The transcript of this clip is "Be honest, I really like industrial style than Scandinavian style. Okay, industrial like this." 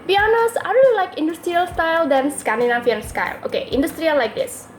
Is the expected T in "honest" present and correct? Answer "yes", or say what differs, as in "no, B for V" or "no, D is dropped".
no, T is dropped